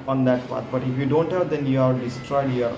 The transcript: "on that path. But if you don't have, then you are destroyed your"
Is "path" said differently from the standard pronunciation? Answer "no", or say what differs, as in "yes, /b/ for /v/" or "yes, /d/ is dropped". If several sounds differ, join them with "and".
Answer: yes, /t/ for /θ/